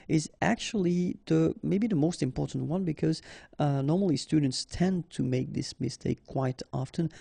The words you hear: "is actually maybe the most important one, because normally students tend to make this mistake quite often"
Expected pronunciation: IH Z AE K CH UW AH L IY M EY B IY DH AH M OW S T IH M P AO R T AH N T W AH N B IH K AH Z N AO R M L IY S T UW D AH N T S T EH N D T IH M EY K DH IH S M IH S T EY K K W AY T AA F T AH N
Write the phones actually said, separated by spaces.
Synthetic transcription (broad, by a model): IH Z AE K CH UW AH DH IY M EY B IY DH AH M OW S T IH M P AO R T N T W AH N B IH K AH Z N AO R M L IY S T UW D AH N T S T EH N T IH M EY K DH IH S M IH S T EY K K W AY T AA F T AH N